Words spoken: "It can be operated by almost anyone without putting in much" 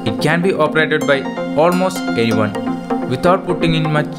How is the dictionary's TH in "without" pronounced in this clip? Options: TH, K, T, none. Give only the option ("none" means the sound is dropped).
T